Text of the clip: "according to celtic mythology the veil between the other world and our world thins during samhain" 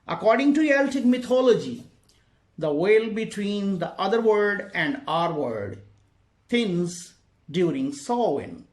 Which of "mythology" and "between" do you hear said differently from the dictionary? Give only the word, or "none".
mythology